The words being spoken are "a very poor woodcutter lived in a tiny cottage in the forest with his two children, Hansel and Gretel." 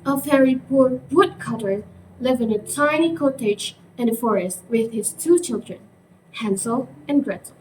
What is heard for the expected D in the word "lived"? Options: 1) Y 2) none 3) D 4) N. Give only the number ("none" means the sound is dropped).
2